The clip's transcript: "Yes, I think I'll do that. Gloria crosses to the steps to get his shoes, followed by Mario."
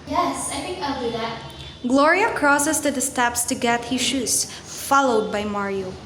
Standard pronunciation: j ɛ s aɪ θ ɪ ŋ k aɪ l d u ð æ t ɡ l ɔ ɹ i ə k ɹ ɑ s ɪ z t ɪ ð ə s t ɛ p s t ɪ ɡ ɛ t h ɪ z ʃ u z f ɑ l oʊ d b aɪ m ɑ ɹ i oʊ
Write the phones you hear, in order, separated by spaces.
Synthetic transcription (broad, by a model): j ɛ s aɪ f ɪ k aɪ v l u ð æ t ɡ l ɔ ɹ i ə k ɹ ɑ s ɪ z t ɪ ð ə s t ɛ p s t ɪ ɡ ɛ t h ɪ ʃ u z f ɑ l oʊ d b aɪ m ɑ ɹ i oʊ